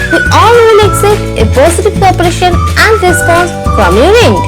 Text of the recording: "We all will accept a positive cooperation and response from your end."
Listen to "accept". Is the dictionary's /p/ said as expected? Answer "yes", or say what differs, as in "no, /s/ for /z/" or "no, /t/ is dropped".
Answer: no, /p/ is dropped